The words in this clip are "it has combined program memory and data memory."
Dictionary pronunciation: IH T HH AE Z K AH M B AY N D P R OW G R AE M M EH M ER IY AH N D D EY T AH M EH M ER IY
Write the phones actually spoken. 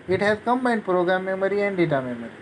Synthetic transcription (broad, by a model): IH T HH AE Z K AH M AY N P R OW G R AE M M EH M ER IY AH N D D EY T AH M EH M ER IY